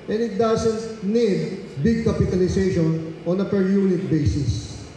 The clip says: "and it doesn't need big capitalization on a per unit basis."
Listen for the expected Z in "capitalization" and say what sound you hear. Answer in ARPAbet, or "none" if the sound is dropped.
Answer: S